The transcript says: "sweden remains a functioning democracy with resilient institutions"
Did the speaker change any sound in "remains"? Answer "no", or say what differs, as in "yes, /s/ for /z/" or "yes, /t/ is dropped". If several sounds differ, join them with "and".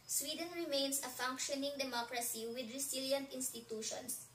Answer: yes, /s/ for /z/